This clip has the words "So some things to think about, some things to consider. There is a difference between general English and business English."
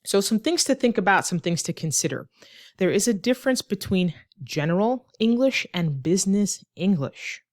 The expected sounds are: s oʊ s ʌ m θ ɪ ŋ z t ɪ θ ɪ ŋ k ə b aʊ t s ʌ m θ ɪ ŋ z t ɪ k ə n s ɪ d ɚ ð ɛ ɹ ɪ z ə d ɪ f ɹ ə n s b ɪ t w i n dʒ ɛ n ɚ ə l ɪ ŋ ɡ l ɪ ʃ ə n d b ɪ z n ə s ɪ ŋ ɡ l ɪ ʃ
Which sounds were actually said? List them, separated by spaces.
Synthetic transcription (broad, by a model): s oʊ s ʌ m θ ɪ ŋ z t ɪ θ ɪ ŋ k ə b aʊ t s ʌ m θ ɪ ŋ z t ɪ k ə n s ɪ d ɚ ð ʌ ɹ ɪ z ə d ɪ f ɹ ə n s b ɪ t w i n dʒ ɛ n ɚ l ɪ ŋ ɡ l ɪ ʃ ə n b ɪ z n ə s ɪ ŋ ɡ l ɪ ʃ